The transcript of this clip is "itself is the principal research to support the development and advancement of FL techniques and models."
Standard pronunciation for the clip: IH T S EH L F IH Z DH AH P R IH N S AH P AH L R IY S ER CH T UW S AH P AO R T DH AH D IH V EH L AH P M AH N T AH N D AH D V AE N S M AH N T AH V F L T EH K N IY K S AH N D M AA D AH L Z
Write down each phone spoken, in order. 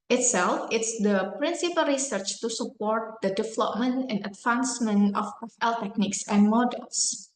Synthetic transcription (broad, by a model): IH T S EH L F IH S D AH P R IH N S AH P AH L R IY S ER CH T UW S AH P AO R T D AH D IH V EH L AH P M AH N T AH N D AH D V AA N S M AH N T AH F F L T EH K N IY K S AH N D M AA D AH L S